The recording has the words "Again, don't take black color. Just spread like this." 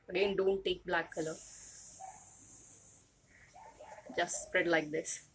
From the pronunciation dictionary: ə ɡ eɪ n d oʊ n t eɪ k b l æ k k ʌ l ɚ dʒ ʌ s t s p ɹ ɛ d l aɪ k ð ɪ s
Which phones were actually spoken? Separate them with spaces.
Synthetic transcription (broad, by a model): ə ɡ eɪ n d oʊ n t eɪ k b l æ k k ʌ l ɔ dʒ ʌ s t s p ɹ ɛ d l aɪ k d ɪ s